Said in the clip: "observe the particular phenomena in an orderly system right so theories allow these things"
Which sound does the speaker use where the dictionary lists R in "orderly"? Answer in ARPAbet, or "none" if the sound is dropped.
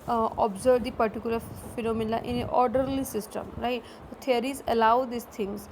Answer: R